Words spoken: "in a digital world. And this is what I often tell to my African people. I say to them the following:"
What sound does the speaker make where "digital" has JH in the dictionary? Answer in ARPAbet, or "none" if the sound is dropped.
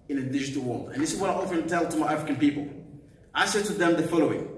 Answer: JH